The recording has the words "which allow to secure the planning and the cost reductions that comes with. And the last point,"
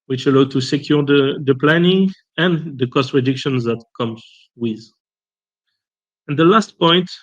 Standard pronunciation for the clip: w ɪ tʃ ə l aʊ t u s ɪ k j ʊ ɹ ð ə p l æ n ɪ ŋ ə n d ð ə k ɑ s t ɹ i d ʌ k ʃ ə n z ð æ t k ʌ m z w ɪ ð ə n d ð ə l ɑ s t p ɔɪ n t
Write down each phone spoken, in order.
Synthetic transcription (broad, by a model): w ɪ tʃ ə l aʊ t u s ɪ k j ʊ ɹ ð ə p l æ n ɪ ŋ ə n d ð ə k ɑ s t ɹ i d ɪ k ʃ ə n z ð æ t k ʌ m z w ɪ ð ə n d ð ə l ɑ s t p ɔɪ n t